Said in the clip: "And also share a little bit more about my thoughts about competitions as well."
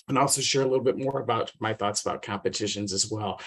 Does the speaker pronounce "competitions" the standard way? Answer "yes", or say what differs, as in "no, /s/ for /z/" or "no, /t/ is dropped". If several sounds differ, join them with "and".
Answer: yes